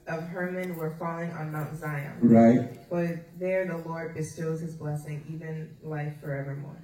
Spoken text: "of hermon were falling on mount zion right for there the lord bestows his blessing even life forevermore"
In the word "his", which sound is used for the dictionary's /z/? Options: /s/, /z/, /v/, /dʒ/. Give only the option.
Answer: /z/